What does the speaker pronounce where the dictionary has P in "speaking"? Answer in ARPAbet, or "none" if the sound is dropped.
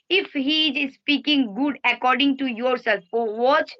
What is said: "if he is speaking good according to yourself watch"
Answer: P